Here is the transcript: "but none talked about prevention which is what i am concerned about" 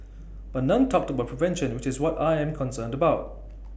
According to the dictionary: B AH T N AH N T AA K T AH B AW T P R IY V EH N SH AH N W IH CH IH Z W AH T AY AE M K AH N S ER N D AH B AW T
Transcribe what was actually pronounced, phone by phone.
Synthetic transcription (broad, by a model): B AH T N AH N T AA K T AH B AW T P R IY V EH N SH AH N W IH CH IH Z W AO T AY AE M K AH N S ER N D AH B AW T